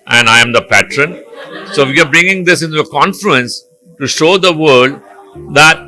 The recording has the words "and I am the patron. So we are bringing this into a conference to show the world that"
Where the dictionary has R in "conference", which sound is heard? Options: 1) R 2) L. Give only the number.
2